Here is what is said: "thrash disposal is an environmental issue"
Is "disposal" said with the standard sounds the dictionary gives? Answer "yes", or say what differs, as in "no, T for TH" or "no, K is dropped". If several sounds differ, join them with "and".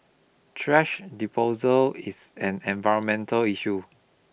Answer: no, S is dropped